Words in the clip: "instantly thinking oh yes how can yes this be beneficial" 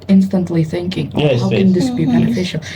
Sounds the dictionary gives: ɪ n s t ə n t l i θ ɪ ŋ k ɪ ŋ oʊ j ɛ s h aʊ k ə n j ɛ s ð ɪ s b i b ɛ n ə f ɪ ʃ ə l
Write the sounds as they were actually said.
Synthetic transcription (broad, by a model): ɪ n s t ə n t l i θ ɪ ŋ k ɪ ŋ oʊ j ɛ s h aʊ k ə n ð ɪ s b i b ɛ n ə f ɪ ʃ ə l